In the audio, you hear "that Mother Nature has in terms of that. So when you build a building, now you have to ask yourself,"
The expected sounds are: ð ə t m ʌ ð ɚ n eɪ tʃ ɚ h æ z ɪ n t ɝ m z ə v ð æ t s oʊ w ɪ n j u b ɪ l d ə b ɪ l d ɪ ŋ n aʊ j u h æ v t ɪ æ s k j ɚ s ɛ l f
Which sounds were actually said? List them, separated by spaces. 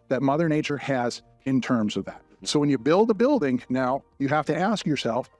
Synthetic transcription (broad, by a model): ð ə t m ʌ ð ɚ n eɪ tʃ ɚ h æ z ɪ n t ɝ m z ə v ð æ t s oʊ w ɪ n j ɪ b ɪ l d ə b ɪ l d ɪ ŋ n aʊ j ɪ h æ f t ɪ æ s k j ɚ s ɛ l f